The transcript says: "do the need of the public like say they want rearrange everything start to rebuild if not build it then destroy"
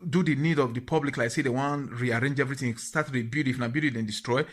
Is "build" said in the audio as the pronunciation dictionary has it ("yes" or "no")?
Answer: no